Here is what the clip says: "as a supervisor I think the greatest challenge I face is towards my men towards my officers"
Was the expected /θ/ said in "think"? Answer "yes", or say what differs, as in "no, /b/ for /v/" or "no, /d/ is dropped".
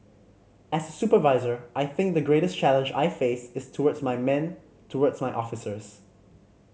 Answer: yes